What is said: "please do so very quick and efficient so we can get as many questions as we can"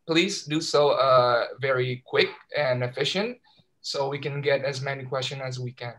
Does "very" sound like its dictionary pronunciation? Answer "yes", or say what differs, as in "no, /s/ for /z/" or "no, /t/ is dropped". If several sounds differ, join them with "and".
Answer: yes